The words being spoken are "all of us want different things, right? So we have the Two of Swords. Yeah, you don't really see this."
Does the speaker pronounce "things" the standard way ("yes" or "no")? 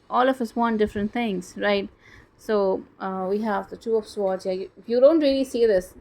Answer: no